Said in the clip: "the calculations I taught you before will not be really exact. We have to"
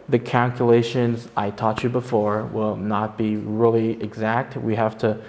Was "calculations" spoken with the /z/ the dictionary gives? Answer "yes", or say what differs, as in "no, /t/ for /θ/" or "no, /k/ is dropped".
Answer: yes